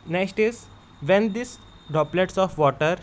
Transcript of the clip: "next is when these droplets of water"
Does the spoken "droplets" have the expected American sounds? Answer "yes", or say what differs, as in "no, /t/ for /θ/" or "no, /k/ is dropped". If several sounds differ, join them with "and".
no, /ɹ/ is dropped